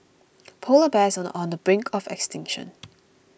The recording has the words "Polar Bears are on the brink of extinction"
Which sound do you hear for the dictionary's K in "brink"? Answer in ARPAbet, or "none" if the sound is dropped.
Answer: K